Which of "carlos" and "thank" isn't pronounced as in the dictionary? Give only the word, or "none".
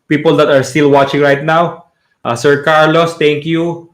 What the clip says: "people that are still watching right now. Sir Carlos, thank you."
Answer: thank